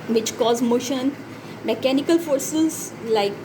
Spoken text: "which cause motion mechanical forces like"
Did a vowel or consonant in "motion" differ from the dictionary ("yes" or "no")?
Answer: no